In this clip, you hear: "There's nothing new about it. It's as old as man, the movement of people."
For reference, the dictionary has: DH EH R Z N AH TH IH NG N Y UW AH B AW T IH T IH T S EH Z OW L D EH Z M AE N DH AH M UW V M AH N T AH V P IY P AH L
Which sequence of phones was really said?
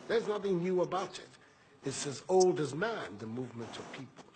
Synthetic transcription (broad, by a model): DH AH R Z N AH TH IH NG N Y UW AH B AW T IH T IH T S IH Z OW L D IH Z M AE N DH AH M UW V M AH N T AH V P IY P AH L